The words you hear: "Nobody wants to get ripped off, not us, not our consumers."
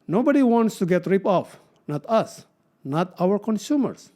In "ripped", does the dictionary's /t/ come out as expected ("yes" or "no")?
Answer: no